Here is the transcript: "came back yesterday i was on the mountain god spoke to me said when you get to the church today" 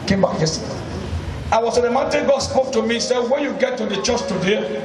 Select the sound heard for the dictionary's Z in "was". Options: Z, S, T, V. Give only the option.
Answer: S